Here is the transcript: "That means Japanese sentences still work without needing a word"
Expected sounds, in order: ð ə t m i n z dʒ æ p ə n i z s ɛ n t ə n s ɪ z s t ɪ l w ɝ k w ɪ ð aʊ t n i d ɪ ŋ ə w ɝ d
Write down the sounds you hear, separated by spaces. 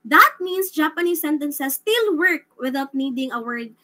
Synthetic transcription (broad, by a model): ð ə t m i n s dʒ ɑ p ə n i s ɛ n t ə n s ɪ s t ɪ l w ɝ k w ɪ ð aʊ t n i d ɪ ŋ ə w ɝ d